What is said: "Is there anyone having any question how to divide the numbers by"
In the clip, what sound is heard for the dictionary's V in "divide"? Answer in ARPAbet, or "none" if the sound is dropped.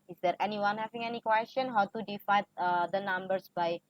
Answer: F